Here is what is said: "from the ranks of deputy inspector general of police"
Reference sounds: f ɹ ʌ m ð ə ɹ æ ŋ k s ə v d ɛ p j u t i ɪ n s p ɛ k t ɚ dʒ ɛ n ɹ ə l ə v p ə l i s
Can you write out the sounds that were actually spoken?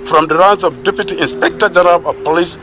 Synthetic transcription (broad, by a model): f ɹ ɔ m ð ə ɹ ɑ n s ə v d ɛ p j u t i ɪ n s p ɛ k t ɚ dʒ ɛ n ɹ ə l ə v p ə l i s